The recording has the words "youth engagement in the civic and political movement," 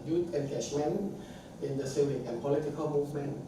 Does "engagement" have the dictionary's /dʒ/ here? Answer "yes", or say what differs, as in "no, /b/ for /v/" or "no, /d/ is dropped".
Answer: no, /ʃ/ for /dʒ/